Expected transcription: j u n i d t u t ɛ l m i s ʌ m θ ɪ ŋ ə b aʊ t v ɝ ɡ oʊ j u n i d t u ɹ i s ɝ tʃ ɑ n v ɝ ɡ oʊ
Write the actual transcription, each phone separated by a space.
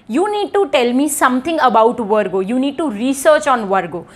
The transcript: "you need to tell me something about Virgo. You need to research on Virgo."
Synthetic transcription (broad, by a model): j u n i d t u t ɛ l m i s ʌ m t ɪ ŋ ə b aʊ t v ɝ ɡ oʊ j u n i d t u ɹ i s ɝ tʃ ɑ n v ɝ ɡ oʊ